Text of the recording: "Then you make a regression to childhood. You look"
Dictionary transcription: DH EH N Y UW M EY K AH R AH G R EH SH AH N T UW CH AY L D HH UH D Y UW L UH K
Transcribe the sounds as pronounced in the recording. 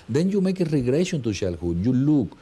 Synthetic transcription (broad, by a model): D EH N Y UW M EY K AH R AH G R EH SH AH N T UW SH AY L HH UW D Y UW L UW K